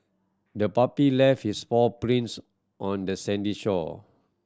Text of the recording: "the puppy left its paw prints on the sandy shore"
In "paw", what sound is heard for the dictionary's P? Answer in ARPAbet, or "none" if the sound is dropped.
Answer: F